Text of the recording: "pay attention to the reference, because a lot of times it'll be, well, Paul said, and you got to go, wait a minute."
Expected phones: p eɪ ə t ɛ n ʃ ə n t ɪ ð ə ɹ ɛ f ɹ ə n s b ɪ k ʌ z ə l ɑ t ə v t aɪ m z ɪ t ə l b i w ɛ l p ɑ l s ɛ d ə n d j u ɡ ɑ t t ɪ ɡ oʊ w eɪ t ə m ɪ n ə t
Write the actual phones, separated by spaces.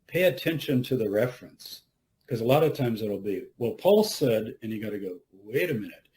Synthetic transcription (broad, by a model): p eɪ ə t ɛ n ʃ ə n t ɪ ð ə ɹ ɛ f ɹ ə n s k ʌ z ə l ɑ t ə v t aɪ m z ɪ t l b i w ɛ l p ɑ l s ɛ d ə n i ɡ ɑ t t ɪ ɡ oʊ w eɪ t ə m ɪ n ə t